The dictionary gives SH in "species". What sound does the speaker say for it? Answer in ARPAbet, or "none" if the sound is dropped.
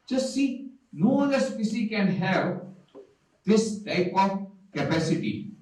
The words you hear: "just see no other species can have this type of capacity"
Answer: S